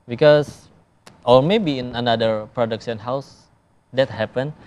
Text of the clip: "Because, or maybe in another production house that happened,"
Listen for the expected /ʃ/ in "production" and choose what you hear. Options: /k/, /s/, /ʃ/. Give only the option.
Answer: /s/